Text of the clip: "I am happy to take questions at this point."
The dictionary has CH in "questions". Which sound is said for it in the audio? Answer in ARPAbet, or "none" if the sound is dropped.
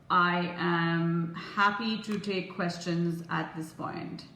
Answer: CH